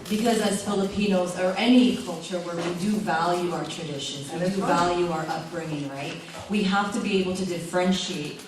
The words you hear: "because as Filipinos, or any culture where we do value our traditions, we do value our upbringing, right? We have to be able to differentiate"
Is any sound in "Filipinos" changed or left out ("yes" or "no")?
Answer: no